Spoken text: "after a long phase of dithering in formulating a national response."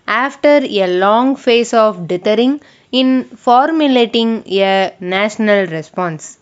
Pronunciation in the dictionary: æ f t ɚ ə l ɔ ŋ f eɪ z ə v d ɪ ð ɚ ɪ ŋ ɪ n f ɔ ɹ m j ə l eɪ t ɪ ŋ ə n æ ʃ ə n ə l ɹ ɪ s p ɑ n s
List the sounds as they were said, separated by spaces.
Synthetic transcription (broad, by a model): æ f t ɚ ə l ɔ ŋ f eɪ s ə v d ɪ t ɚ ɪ ŋ ɪ n f ɔ ɹ m j ə l eɪ t ɪ ŋ ə n æ ʃ ə n ə l ɹ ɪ s p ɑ n s